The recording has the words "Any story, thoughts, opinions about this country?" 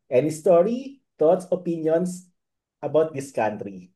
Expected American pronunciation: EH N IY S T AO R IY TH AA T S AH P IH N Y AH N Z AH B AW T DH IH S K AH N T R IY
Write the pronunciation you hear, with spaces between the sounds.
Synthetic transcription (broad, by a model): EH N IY S T AO R IY T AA T S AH P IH N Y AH N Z AH B AW T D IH S K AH N T R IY